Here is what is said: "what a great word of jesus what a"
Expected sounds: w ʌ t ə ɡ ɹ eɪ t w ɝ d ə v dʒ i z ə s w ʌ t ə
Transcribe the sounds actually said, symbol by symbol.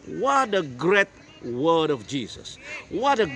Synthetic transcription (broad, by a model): w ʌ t ə ɡ ɹ eɪ t w ɝ d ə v dʒ i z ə s w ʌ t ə